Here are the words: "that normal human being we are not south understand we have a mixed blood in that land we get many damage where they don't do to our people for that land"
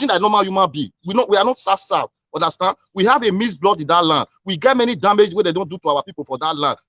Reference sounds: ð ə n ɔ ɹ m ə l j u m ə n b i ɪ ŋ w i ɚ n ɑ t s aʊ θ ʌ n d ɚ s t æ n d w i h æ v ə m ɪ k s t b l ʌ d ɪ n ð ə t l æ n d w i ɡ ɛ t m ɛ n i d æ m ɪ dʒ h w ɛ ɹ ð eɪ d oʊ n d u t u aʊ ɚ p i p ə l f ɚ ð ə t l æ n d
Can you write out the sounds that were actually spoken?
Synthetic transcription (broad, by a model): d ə n ɔ m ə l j u m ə n b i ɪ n w i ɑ n ɑ t s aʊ s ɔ n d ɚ s t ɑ n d w i h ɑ v ə m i s b l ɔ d ɪ n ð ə t l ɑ n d w i ɡ ɛ t m ɛ n i d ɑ m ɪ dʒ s w ɛ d eɪ d oʊ n d u t u aʊ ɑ p i p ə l f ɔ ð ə t l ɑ n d